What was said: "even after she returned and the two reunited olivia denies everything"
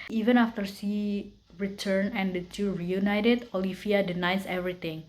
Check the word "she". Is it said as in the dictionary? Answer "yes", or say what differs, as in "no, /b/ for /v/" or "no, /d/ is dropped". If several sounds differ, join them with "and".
no, /s/ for /ʃ/